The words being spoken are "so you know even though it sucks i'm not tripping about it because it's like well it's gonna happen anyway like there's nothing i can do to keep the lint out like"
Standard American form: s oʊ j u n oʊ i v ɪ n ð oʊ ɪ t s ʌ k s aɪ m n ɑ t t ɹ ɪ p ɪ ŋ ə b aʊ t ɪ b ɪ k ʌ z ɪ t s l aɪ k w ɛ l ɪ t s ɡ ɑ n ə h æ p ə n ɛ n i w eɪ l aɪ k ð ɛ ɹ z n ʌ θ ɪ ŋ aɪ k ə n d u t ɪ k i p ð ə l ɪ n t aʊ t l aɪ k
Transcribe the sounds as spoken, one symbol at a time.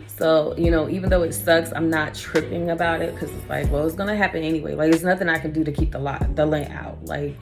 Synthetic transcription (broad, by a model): s oʊ j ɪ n oʊ i v ɪ n ð oʊ ɪ t s ʌ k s aɪ m n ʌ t t ɹ ɪ p ɪ ŋ ə b aʊ t ɪ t k ʌ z ɪ t s l aɪ k w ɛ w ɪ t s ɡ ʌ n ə h æ p ə n ɛ n i w eɪ l aɪ k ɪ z n ʌ θ ɪ ŋ aɪ k ə n d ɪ t ɪ k i p ð ə l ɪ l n aʊ t l aɪ k